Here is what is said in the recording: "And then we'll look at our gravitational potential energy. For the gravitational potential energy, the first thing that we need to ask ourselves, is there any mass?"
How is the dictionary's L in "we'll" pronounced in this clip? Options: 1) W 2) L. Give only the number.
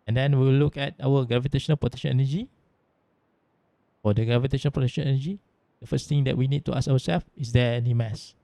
1